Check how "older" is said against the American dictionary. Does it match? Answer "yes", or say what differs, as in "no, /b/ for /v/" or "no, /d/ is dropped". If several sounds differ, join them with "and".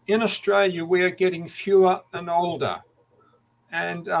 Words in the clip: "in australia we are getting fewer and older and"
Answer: yes